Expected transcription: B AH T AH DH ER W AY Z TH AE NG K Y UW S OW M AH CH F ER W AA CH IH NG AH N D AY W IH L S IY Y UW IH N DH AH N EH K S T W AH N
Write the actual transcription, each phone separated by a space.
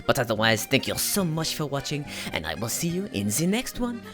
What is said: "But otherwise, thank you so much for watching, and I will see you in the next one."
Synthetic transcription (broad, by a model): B AH T AH DH ER W AY Z TH AE NG K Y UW S OW M AH CH F ER W AA CH IH NG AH N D AY W IH L S IY Y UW IH N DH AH N EH K S T W AH N